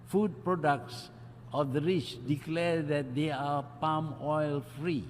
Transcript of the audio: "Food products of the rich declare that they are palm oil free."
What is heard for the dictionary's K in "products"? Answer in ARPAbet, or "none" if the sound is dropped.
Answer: K